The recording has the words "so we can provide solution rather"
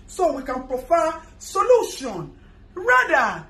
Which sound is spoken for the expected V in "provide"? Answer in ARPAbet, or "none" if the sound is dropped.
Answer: F